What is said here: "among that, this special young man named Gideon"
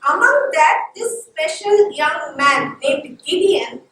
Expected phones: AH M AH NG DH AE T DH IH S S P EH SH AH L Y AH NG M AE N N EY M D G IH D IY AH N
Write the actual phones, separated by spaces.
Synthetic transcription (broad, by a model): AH M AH NG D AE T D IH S S P EH SH AH L Y AH NG M AE N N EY D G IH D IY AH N